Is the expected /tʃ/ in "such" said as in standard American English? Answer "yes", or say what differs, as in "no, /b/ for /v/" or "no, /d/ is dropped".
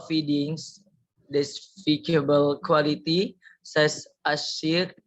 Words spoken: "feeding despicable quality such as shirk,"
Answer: no, /s/ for /tʃ/